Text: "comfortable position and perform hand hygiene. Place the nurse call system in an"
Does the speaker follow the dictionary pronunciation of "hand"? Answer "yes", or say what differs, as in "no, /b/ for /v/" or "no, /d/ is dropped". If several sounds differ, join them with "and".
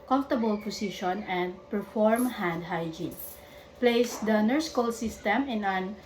yes